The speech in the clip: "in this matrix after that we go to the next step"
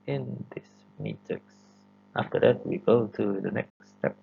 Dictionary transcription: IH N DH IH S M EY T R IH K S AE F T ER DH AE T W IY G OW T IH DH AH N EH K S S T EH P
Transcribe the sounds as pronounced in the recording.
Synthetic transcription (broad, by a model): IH N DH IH S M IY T IH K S AE F T ER DH AE T W IY G OW T IH DH AH N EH K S S T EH P